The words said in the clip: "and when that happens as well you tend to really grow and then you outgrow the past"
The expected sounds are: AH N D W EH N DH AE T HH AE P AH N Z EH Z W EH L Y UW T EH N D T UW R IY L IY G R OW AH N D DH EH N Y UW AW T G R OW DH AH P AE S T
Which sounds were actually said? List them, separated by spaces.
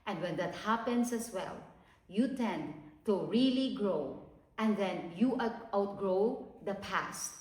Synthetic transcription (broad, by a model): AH N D W EH N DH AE T HH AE P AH N S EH S W EH L Y UW T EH N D T UW R IY L IY G R OW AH N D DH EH N Y UW AW T G R OW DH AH P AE S T